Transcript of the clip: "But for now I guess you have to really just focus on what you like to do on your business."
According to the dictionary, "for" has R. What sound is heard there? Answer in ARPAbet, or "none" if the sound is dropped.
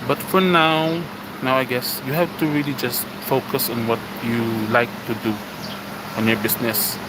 W